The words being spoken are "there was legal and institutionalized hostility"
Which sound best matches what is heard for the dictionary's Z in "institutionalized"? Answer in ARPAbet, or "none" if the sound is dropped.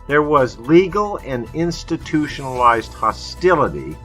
Z